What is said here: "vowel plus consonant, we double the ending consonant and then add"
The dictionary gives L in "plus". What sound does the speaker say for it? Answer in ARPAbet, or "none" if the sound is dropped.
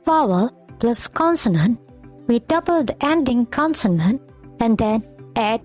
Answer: L